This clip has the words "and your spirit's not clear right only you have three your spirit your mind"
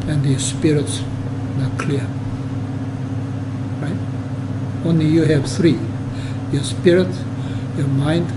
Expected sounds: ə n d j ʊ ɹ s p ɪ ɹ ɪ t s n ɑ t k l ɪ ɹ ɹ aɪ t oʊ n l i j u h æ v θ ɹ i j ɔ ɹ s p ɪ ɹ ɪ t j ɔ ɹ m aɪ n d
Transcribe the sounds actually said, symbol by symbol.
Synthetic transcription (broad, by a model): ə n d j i s p ɪ ɹ ɪ t s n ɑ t k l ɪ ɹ ɹ aɪ t oʊ n l i j u h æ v θ ɹ i j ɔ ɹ s p ɪ ɹ ɪ t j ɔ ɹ m aɪ n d